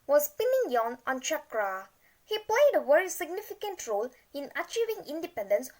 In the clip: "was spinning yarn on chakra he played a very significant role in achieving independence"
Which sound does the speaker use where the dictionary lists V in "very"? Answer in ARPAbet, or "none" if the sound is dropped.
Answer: W